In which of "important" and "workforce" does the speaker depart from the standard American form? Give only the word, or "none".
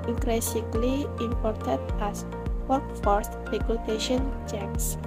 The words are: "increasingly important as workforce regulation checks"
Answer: important